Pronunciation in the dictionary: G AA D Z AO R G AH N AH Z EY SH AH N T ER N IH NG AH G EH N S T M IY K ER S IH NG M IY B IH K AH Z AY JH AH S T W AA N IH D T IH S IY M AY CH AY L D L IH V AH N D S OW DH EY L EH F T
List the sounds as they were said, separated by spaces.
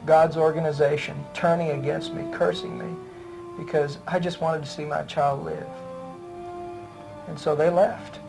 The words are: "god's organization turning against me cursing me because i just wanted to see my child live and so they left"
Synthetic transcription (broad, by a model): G AA D Z AO R G AH N AH Z EY SH AH N T ER N IH NG AH G EH N S T M IY K ER S IH NG M IY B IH K AH Z AY JH AH S T W AA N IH D T IH S IY M AY CH AY L D L IH V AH N S OW DH EY L EH F T